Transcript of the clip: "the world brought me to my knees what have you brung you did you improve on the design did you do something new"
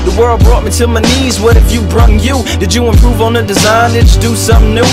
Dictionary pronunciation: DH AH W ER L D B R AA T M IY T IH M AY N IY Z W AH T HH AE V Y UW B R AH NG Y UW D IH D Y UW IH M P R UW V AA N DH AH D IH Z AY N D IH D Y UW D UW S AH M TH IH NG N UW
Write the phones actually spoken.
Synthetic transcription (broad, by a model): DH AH W ER L D B R AA T M IY T IH M AY N IY Z W AH T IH F Y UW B R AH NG Y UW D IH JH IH IH M P R UW V N DH AH D IH Z AY N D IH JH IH D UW S AH M N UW